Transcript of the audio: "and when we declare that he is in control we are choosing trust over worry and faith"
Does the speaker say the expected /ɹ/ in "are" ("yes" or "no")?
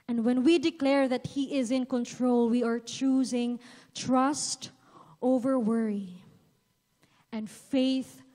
yes